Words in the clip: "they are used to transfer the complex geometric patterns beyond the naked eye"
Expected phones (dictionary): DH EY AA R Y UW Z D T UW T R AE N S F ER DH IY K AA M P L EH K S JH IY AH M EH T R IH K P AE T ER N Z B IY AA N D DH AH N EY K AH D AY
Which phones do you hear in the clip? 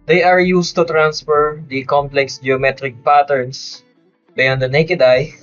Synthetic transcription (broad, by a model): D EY AA R Y UW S T UW T R AE N S F ER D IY K AA M P L EH K S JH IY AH M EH T R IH K P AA T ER N S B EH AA N D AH N EY K AH D AY